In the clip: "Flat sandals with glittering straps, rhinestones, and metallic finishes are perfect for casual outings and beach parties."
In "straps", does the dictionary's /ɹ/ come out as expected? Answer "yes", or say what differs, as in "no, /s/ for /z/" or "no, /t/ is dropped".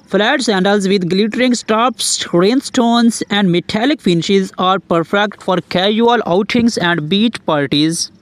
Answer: no, /ɹ/ is dropped